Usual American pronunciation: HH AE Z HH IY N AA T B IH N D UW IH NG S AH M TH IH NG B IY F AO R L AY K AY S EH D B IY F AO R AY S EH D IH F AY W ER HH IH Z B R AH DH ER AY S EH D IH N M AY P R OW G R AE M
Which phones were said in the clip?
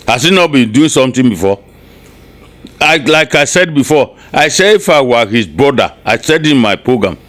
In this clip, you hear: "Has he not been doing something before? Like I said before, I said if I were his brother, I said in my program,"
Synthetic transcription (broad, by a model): HH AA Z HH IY N AA T B IH N D UW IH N S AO M T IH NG B IY F AO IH L AY K AY S EH D B IY F AO AY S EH IH F AY W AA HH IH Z B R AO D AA AY S EH D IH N M AY P R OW G R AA M